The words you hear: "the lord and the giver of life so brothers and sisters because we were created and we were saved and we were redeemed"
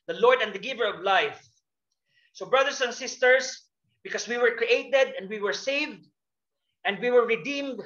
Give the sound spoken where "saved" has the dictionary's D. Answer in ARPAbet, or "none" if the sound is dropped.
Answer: D